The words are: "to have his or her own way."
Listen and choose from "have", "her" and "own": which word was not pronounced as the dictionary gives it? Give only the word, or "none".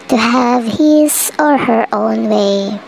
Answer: none